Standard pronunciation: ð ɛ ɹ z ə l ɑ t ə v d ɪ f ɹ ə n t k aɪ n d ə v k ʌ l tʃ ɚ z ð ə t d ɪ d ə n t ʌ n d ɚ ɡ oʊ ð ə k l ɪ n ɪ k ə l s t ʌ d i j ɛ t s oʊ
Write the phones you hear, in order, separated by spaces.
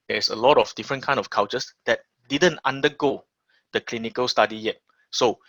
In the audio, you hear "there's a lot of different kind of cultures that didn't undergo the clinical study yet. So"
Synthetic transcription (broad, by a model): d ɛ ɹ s ə l ɑ t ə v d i f ɹ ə n k aɪ n ə f k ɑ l tʃ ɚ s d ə t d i d ə n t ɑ n d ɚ ɡ oʊ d ə k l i n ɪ k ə l s t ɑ d i j ɛ t s oʊ